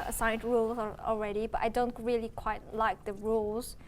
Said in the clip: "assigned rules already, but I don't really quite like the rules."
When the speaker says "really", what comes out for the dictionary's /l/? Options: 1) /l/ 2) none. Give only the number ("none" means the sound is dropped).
1